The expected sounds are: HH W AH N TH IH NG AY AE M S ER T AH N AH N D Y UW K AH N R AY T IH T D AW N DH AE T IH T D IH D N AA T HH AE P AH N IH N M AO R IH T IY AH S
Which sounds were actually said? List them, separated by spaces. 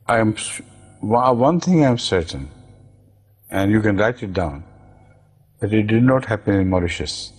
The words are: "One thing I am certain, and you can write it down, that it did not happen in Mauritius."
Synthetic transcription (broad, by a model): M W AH N T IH NG AY M S ER T AH N AH N D Y UW K AH N R AY T IH T D AW N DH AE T IH T D IH D N AA T HH AE P AH N IH N M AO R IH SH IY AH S